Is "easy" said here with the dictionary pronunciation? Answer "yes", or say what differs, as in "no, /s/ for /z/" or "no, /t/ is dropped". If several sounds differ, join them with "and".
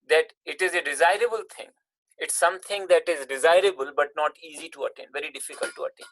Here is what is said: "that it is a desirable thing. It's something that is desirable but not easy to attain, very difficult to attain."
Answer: yes